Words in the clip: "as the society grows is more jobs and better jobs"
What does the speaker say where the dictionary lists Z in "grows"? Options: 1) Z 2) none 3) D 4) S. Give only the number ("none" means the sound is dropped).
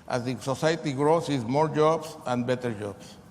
4